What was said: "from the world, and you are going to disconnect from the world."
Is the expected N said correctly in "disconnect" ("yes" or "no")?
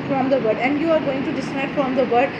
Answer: no